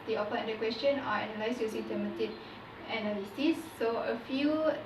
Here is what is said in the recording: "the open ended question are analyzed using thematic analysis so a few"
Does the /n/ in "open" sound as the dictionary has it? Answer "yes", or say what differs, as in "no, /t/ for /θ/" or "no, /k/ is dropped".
no, /n/ is dropped